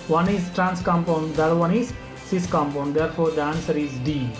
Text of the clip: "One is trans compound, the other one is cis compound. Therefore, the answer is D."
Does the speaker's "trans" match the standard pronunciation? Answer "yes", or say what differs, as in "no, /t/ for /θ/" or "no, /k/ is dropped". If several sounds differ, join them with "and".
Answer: no, /s/ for /z/